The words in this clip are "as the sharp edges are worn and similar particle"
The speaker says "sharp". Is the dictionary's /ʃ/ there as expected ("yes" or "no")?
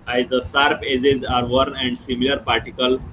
no